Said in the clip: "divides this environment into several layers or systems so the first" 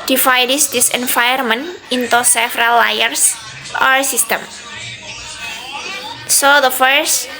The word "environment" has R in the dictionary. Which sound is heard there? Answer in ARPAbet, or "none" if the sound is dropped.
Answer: none